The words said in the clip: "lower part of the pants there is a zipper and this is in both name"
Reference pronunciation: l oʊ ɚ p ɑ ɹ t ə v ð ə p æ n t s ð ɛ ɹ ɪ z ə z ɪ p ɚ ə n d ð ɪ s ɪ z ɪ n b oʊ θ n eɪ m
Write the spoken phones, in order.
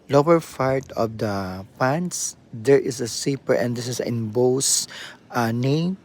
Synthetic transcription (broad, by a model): l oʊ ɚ f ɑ ɹ t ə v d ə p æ n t s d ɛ ɹ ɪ s ə s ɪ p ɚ ə n d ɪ s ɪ s ɪ n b oʊ s n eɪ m